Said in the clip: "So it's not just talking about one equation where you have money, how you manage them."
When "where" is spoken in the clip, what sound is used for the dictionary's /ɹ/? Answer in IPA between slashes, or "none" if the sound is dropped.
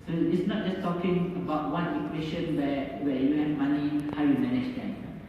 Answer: /w/